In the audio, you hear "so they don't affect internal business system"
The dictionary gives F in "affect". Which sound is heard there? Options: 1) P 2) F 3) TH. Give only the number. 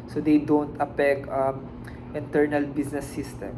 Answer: 1